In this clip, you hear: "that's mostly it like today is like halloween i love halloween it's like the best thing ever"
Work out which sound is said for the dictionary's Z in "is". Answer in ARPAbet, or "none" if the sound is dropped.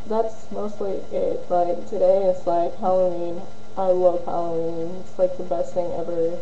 S